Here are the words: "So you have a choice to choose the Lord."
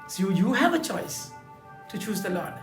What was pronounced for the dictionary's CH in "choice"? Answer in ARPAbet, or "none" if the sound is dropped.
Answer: CH